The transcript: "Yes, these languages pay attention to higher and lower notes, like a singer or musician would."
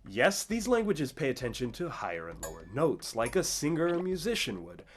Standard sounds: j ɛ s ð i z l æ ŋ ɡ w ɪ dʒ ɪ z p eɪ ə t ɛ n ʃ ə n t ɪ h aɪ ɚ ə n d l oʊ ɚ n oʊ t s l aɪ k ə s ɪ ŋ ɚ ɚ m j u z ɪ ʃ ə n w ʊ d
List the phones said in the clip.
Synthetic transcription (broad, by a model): j ɛ s ð i z l æ ŋ ɡ w ɪ dʒ ɪ z p eɪ ə t ɛ n ʃ ə n t ɪ h aɪ ɚ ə n l oʊ ɚ n oʊ t s l aɪ k ə s ɪ ŋ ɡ ɚ m j u z ɪ ʃ ə n w ʊ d